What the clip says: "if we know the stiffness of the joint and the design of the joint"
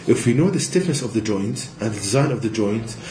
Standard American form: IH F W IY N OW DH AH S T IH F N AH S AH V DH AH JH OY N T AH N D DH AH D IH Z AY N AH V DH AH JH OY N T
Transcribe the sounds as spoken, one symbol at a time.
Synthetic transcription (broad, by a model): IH F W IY N OW DH AH S T IH F N AH S AH V DH AH JH OY N T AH N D DH AH D IH Z AY N AH V DH AH JH OY N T